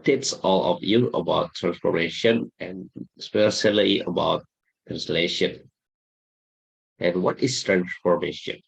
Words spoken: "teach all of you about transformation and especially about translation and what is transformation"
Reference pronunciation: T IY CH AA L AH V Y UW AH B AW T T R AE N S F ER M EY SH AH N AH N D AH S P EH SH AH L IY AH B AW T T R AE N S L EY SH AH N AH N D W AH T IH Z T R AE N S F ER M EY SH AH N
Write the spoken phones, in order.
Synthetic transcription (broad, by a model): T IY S AA L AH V Y UW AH B AW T T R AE N S F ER M EY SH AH N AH N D S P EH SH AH L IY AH B AW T T R AE N S L EY SH AH N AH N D W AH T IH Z T R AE N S F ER M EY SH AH N